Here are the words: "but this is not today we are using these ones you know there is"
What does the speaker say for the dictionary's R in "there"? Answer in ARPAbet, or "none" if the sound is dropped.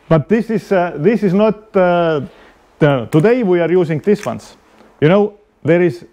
R